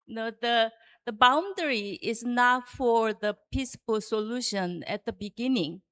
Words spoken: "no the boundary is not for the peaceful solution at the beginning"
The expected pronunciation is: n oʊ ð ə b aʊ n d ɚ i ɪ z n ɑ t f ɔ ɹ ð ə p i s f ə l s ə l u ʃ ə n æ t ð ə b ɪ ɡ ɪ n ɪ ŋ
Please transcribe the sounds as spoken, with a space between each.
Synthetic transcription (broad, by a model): n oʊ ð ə b aʊ n d ɚ i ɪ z n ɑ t f ɔ ɹ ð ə p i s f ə l s ə l u ʃ ə n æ t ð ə b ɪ ɡ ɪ n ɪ ŋ